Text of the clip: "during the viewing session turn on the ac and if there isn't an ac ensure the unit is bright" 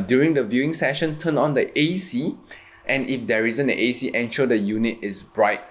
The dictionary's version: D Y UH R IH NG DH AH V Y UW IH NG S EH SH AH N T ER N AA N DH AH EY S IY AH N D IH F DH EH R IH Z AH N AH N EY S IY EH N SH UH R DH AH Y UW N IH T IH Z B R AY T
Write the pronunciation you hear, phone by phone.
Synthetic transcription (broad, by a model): D Y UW R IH NG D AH V Y UW IH NG S EH SH AH N T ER N AA N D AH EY S IY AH N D IH F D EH R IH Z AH N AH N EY S IY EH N SH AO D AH Y UW N IH T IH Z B R AY T